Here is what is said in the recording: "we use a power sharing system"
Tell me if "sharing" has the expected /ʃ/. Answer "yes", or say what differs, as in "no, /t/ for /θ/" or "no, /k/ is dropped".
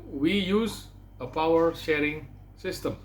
yes